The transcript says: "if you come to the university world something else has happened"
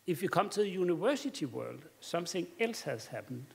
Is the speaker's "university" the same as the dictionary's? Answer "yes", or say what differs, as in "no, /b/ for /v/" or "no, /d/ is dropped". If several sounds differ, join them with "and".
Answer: no, /s/ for /t/